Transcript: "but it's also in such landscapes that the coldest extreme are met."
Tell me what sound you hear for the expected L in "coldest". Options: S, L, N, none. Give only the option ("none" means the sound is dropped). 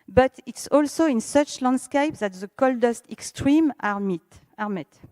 L